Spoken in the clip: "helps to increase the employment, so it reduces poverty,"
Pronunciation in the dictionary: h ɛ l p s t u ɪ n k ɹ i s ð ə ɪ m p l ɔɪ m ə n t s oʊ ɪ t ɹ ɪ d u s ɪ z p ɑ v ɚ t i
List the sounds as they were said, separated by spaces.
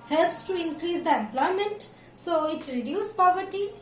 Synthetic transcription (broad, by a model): h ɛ l p s t u ɪ n k ɹ i s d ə ɪ m p l ɔɪ m ə n t s oʊ ɪ t ɹ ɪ d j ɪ s p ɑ v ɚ t i